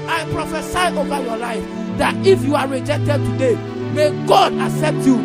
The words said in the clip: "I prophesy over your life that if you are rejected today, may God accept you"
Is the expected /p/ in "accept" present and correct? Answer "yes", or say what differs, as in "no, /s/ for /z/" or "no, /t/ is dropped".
yes